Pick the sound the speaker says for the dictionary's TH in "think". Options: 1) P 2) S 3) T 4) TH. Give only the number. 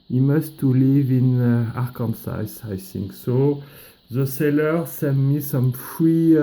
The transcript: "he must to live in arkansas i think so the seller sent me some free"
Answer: 2